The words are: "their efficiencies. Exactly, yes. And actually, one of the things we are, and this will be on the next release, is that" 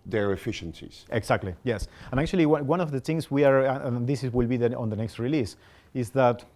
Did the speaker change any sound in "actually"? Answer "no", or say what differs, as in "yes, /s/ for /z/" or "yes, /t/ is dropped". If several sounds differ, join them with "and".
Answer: yes, /w/ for /l/